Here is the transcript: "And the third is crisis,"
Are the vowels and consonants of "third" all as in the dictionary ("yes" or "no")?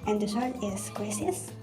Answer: no